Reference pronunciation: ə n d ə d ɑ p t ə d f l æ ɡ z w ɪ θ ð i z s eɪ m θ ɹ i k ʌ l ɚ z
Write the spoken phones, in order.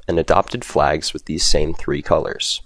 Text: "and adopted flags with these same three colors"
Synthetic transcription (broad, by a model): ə n ə d ɑ p t ə d f l æ ɡ z w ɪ ð i z s eɪ m θ ɹ i k ʌ l ɚ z